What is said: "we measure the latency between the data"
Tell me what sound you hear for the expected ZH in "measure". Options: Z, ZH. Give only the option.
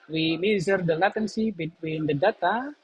Z